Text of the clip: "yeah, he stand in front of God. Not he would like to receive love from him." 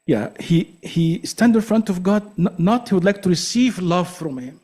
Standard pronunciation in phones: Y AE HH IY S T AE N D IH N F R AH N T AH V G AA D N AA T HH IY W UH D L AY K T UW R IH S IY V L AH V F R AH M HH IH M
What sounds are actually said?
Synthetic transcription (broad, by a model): Y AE HH IY S T AE N D IH N F R AH N T AH V G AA D N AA T HH IY W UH D L AY K T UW R IH S IY V L AH V F R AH M HH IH M